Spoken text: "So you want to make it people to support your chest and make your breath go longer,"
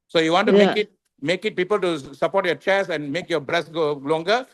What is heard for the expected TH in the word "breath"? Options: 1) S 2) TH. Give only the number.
1